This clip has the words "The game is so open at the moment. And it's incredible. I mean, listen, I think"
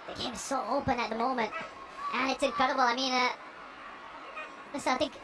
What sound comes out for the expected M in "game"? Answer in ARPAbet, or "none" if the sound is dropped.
none